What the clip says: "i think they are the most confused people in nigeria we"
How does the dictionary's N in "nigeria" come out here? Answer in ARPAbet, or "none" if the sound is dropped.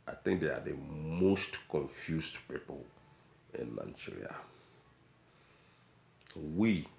L